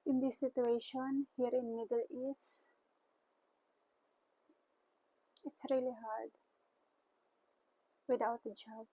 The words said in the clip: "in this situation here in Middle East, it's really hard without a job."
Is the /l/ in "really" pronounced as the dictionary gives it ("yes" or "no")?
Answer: yes